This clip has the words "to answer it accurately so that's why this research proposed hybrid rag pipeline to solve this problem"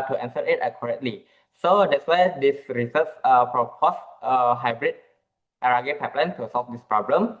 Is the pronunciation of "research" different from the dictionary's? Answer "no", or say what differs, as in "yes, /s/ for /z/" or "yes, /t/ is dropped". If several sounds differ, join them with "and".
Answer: yes, /s/ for /tʃ/